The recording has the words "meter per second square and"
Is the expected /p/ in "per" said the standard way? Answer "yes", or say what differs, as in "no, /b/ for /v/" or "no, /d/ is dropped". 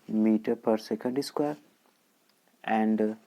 yes